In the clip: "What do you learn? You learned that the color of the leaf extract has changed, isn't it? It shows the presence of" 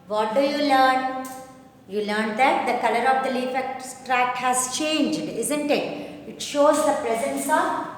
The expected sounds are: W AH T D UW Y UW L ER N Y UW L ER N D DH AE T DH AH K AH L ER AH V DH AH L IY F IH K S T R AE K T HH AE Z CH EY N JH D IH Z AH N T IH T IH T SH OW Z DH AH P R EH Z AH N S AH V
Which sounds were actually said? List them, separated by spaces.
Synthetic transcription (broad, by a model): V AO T D UW Y UW L ER N Y UW L ER N D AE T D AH K AH L ER AH V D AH L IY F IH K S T R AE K HH AE Z CH EY N JH D IH Z AH N T IH T IH T SH OW Z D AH P R EH Z AH N S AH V